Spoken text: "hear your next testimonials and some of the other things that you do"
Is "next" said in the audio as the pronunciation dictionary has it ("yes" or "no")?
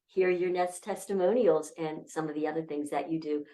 no